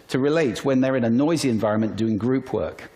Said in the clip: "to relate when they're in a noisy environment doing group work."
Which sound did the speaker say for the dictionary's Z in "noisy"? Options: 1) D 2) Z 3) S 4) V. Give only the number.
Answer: 2